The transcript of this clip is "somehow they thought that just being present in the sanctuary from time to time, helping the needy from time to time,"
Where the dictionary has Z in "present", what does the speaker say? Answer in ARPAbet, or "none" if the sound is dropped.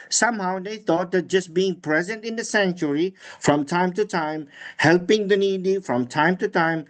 Z